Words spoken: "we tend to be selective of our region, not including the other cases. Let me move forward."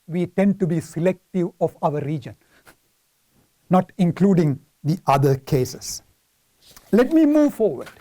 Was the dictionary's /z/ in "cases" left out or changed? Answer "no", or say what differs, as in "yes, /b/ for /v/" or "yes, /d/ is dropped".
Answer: yes, /s/ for /z/